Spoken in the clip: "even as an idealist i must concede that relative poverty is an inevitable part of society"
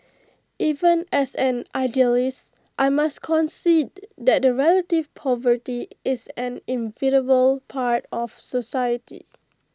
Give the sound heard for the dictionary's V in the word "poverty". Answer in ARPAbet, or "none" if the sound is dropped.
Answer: V